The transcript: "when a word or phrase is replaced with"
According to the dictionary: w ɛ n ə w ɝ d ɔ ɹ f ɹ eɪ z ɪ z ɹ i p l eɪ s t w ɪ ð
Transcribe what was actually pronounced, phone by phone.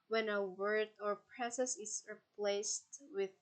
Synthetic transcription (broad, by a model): w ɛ n ə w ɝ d ɔ ɹ p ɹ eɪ s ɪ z ɹ i p l eɪ s t w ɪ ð